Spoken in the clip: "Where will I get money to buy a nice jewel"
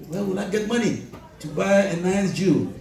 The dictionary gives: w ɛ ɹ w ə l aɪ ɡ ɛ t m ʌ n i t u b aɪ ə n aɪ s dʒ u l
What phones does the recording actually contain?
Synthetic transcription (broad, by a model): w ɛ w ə n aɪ ɡ ɛ t m ʌ n i t u b aɪ ə n aɪ s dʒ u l